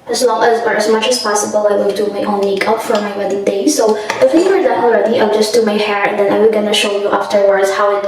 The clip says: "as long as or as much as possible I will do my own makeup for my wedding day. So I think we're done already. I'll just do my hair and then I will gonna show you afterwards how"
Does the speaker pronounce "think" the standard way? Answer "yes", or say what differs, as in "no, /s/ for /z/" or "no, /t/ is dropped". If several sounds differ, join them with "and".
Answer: no, /f/ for /θ/